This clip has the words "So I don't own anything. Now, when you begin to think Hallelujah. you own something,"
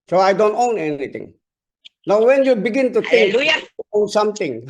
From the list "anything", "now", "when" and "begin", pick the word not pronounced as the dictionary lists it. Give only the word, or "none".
anything